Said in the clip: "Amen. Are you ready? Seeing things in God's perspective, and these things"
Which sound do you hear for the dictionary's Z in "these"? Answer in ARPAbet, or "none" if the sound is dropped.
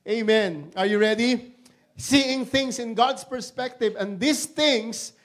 S